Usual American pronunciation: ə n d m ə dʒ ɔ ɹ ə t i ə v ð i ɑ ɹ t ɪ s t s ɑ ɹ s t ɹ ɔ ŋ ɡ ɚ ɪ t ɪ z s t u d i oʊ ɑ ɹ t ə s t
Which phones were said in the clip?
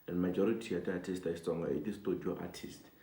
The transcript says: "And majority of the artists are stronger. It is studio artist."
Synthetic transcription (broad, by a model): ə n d m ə dʒ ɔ ɹ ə t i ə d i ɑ t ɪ s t ɑ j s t ɔ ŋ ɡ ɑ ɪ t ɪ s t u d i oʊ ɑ t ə s t